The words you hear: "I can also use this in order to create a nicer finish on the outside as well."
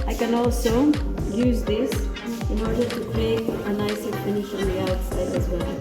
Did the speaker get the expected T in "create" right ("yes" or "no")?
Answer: no